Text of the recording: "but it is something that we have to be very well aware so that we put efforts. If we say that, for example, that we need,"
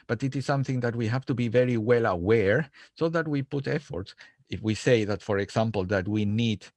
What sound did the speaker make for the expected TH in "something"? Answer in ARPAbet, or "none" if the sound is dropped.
TH